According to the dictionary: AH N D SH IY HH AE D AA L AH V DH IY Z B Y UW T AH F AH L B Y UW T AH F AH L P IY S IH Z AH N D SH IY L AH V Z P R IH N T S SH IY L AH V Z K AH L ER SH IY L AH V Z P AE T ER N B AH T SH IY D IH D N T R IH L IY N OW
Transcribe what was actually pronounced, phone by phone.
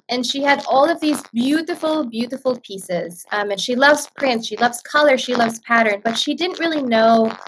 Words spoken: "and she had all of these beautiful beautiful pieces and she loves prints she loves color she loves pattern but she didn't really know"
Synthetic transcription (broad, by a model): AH N SH IY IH D AA L AH V DH IY Z B Y UW T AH F L B Y UW T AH F L P IY S IH Z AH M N SH IY L AH V Z P R IH N T S SH IY L AH V Z K AH L ER SH IY L AH V Z P AE T ER N B AH T SH IY D IH D N T R IH L IY N OW